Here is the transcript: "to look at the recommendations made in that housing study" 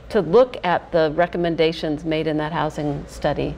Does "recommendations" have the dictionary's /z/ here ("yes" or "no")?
yes